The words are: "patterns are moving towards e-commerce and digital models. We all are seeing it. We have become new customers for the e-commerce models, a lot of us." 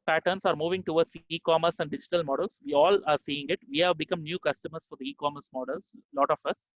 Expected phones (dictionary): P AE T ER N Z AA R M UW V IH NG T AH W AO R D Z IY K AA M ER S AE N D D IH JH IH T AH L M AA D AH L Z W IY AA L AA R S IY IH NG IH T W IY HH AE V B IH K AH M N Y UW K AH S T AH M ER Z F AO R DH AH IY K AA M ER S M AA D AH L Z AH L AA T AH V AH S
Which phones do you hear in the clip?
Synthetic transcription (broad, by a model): P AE T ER N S AA R M UW V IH NG T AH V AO R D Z IY K AA M ER S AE N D D IH JH IH T AH L M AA D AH L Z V IY AA L AA R S IY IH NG IH T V IY HH AE V B IH K AH M N Y UW K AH S T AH M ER S F AO R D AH IY K AA M ER S M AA D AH L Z L AA T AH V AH S